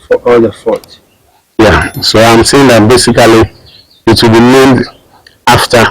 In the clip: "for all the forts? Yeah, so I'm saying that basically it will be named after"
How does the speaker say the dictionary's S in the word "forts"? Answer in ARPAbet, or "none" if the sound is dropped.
none